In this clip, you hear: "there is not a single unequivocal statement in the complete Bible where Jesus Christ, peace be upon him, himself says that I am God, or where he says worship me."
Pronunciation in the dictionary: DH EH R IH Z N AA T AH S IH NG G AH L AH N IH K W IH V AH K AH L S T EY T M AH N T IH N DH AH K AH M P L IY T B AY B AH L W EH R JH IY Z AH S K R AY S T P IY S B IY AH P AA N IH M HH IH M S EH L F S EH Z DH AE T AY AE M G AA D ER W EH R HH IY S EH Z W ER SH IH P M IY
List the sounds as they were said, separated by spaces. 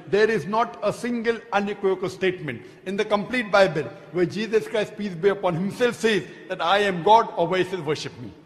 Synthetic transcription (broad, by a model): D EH R IH Z N AA T AH S IH NG G AH L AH N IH K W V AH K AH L S T EY T M AH N T IH N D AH K AH M P L IY T B AY B AH L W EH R JH IY Z AH S K R AY S T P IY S B IY AH P AA N HH IH M S EH L F S EH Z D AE T AY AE M G AA D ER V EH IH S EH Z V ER SH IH P M IY